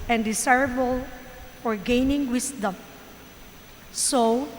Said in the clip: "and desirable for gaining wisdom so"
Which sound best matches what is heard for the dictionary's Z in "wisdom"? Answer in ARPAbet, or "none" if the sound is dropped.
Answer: S